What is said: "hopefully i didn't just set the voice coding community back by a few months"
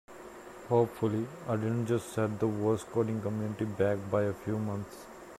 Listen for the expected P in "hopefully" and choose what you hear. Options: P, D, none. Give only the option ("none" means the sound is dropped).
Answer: P